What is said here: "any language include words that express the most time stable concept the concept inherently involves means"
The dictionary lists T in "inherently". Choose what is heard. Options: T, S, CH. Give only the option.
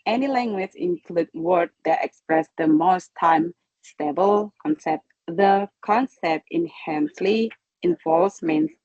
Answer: S